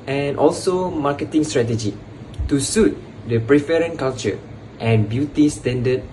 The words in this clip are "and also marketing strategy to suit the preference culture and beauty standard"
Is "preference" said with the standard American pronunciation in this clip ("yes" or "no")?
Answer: no